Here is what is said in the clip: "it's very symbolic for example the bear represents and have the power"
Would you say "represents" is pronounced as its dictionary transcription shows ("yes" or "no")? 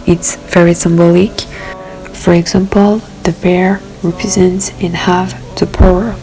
yes